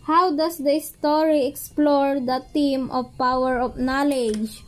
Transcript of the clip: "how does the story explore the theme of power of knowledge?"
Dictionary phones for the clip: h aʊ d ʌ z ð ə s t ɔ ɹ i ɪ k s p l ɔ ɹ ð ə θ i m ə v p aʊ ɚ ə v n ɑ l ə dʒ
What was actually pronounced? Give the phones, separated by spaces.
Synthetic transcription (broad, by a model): h aʊ d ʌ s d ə s t ɔ ɹ i ɪ k s p l ɔ ɹ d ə t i m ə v p aʊ ɚ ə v n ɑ l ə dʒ